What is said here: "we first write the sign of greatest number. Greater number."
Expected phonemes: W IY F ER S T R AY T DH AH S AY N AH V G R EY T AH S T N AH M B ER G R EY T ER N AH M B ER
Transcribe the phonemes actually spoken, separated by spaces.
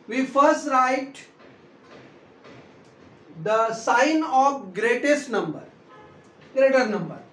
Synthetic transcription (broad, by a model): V IY F ER S T R AY T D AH S AY N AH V G R EY T AH S T N AH M B ER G R EY T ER N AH M B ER